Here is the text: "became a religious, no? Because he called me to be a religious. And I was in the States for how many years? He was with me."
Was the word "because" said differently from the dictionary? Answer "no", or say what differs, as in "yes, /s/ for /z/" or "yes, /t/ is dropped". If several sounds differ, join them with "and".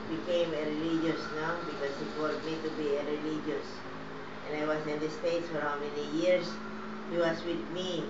yes, /s/ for /z/